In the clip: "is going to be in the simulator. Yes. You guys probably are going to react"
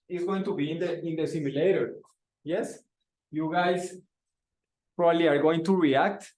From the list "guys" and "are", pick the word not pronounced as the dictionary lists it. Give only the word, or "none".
guys